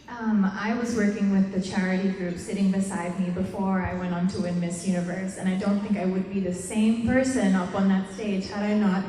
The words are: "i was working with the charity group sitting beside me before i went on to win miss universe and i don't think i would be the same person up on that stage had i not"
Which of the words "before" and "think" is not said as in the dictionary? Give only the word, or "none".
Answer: none